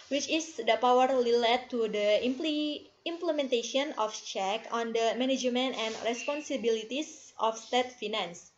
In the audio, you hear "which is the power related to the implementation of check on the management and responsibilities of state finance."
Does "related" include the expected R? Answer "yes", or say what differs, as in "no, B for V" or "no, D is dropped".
no, L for R